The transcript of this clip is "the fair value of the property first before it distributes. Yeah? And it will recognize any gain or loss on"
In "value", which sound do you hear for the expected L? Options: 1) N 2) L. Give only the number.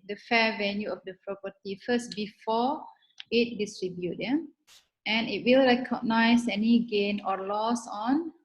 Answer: 1